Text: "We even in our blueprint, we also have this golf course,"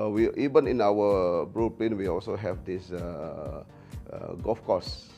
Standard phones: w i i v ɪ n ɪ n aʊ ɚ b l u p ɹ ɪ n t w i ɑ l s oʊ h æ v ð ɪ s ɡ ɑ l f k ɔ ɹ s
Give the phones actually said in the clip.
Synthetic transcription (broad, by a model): w i i v ɪ n ɪ n aʊ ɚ b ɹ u p l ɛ n w i ɑ l s oʊ h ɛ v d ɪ s ɡ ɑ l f k ɔ s